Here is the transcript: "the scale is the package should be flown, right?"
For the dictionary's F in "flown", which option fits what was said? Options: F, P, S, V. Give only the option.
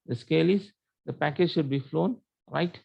F